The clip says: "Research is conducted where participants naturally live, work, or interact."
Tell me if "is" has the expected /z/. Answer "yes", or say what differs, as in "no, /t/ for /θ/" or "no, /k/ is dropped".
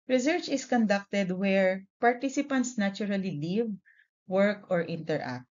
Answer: no, /s/ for /z/